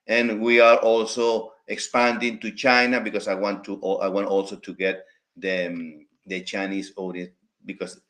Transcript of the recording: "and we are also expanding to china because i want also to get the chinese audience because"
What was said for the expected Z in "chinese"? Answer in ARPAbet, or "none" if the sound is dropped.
S